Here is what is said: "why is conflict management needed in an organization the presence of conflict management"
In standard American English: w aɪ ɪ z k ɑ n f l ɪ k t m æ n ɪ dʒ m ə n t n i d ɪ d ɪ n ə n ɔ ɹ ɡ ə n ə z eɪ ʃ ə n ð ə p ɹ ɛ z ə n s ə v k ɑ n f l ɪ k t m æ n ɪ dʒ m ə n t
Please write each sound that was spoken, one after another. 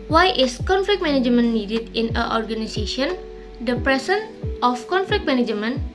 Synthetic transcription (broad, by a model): w aɪ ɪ s k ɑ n f l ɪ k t m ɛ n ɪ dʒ m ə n n i d ɪ d ɪ n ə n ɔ ɹ ɡ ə n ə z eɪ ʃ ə n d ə p ɹ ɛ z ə n ə f k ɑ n f l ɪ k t m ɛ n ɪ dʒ m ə n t